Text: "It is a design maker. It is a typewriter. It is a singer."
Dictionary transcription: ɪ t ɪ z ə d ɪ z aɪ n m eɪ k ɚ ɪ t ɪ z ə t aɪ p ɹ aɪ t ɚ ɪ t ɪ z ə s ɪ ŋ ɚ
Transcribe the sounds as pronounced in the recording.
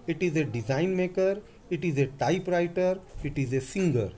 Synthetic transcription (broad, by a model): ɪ t ɪ z ə d ɪ z aɪ n m eɪ k ɚ ɪ t ɪ z ə t aɪ p ɹ aɪ t ɚ ɪ t ɪ z ə s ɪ ŋ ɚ